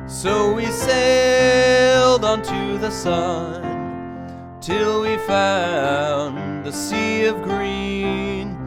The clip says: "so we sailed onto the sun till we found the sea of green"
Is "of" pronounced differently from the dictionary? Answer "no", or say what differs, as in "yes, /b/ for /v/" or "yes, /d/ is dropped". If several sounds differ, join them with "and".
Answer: no